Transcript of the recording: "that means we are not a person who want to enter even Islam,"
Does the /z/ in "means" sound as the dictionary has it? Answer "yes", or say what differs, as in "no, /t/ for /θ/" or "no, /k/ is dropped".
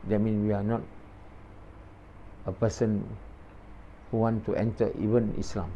no, /z/ is dropped